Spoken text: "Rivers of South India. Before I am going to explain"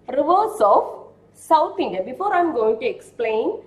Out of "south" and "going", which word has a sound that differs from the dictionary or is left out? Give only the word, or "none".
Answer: south